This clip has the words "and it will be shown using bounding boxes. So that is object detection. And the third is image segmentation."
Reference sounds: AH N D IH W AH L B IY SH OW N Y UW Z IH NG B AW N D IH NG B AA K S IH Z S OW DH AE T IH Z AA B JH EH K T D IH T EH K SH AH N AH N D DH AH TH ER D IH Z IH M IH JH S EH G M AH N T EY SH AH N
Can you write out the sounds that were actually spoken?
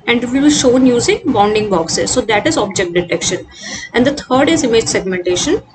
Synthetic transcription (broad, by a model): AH N D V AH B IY SH OW N Y UW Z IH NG B AW N D IH NG B AA K S IH Z S OW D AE T IH Z AA B JH EH K T D IH T EH K SH AH N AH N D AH T ER D IH Z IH M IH JH S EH G M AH N T EY SH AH N